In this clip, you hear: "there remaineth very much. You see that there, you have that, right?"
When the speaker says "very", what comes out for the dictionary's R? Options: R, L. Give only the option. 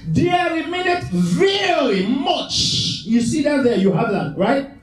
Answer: L